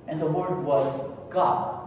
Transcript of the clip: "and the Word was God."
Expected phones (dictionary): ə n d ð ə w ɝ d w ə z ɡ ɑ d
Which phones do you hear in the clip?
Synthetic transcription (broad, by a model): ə n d ð ə w ɝ d w ə z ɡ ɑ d